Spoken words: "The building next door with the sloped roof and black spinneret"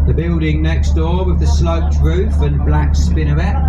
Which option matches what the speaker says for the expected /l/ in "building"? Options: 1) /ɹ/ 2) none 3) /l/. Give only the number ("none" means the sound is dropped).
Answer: 3